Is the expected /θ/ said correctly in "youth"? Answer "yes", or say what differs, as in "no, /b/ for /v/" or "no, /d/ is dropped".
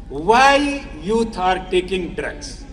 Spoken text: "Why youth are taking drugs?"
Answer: no, /t/ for /θ/